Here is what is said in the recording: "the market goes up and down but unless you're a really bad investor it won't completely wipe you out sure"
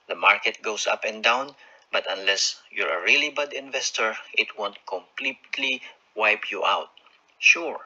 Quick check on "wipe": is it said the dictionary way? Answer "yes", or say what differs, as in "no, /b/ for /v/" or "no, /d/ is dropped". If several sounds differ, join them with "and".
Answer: yes